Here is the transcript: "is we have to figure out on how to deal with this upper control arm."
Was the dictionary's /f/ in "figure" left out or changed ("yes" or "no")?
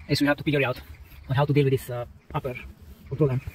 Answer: yes